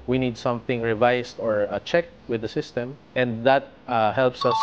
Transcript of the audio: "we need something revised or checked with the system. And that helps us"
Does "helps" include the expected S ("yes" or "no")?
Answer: yes